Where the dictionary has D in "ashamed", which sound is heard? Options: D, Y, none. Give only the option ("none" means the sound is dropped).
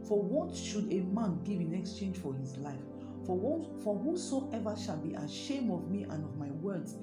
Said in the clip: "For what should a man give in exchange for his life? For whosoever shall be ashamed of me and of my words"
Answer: none